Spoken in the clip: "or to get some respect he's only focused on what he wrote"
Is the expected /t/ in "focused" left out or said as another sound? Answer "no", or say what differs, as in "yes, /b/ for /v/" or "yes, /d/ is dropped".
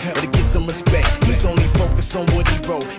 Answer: yes, /t/ is dropped